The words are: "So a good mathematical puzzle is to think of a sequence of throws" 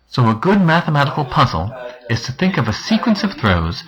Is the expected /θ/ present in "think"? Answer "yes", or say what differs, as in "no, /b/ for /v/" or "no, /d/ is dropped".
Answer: yes